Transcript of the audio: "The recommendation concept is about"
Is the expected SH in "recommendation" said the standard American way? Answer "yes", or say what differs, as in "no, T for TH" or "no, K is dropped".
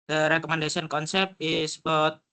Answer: no, S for SH